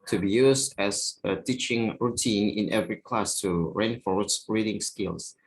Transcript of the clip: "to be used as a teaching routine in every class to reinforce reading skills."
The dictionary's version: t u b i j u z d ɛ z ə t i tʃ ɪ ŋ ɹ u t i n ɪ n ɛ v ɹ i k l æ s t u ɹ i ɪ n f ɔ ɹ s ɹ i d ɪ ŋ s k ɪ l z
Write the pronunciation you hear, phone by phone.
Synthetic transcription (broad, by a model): t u b i j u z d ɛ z ə t i tʃ ɪ ŋ ɹ u t i n ɪ n ɛ v ɹ i k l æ s t u ɹ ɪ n f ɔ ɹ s ɹ i d ɪ ŋ s k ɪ l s